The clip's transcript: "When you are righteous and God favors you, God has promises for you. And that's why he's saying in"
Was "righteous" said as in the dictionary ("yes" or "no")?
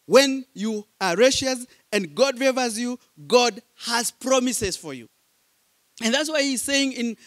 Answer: no